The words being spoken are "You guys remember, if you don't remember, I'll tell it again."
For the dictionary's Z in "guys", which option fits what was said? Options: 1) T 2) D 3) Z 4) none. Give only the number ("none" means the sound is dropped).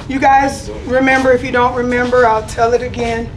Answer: 3